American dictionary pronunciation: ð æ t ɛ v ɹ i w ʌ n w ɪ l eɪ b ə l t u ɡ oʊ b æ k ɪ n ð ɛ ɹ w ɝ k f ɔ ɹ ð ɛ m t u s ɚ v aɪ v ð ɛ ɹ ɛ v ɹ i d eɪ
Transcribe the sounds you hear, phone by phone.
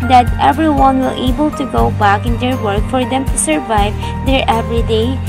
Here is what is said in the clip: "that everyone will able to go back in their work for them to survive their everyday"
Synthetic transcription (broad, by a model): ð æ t ɛ v ɹ i w ʌ n w ɪ l eɪ b ə l t u ɡ oʊ b æ k ɪ n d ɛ ɹ w ɝ k f ɔ ɹ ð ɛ m t u s ɚ v aɪ v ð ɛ ɹ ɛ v ɹ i d eɪ